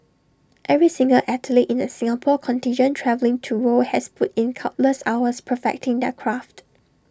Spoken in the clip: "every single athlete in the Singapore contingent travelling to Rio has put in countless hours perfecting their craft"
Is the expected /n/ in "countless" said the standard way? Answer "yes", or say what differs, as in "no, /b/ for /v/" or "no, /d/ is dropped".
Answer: no, /n/ is dropped